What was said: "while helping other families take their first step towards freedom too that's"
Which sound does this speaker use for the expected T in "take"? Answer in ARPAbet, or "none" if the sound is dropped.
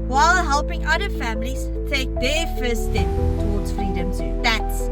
T